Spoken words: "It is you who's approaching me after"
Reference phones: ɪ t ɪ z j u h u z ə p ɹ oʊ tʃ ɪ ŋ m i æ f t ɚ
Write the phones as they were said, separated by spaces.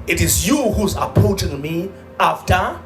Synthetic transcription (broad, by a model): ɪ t ɪ z j u h u z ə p oʊ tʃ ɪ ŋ m i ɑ f t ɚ